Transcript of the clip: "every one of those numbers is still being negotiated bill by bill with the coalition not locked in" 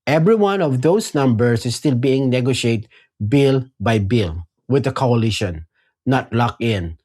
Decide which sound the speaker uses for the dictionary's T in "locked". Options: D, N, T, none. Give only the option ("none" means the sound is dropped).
none